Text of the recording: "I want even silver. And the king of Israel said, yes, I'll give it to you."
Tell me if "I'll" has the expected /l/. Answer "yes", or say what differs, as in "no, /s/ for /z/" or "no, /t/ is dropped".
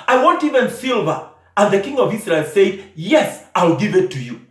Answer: yes